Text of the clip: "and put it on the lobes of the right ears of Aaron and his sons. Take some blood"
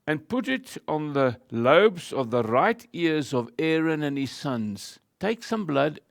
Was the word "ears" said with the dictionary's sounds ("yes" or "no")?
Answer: yes